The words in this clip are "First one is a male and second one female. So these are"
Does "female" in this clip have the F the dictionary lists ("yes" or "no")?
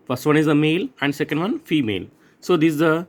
yes